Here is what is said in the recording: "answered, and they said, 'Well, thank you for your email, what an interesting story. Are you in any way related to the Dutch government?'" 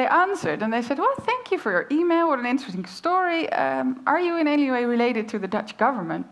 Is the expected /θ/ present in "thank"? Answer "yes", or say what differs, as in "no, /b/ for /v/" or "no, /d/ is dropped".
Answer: yes